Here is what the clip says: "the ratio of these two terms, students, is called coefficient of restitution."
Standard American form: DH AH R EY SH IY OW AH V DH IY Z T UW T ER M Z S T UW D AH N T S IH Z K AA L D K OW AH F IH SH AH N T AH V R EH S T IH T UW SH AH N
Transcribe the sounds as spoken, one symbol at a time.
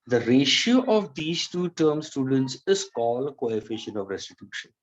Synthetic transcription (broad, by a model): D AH R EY SH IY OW AH V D IY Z T UW T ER M S T UW D AH N T S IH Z K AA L K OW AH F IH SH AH N AH V R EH S T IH T UW SH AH N